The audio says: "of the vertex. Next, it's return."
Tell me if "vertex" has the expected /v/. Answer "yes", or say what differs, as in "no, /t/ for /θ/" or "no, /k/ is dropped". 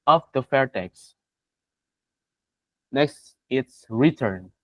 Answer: no, /f/ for /v/